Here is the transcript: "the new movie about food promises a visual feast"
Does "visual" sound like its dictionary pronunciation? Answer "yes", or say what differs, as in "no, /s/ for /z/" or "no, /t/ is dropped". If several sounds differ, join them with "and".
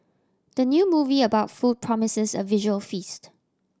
yes